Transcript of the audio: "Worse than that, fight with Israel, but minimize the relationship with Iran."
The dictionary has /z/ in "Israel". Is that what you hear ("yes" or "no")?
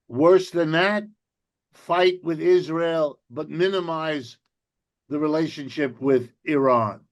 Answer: yes